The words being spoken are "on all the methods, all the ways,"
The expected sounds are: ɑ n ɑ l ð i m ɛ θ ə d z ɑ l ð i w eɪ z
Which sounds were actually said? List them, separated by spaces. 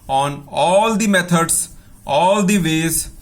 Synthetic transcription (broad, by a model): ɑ n ɑ l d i m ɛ t ə d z ɑ l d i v eɪ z